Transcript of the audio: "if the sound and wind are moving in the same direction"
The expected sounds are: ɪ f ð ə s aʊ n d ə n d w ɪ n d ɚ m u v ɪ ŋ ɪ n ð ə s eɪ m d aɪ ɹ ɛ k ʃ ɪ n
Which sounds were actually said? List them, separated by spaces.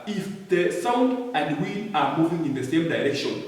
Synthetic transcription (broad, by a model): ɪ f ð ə s aʊ n d ə n d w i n ɑ m u v ɪ ŋ ɪ n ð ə s eɪ m d aɪ ɹ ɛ k ʃ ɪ n